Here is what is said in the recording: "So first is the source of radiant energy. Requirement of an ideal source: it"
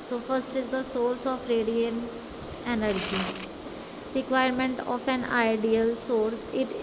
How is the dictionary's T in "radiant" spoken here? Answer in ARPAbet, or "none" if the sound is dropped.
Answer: none